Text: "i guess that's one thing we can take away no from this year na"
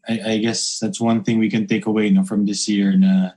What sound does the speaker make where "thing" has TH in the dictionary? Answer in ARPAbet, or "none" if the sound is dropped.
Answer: TH